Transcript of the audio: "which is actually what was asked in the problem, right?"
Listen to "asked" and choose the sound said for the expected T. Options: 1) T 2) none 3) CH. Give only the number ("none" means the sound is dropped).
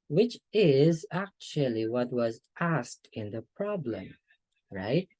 1